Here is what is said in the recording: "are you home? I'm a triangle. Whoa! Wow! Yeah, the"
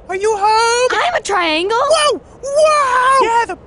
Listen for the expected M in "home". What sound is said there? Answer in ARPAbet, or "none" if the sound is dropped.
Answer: none